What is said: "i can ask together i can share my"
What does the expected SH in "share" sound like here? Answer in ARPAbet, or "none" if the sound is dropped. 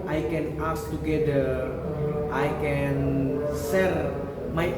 S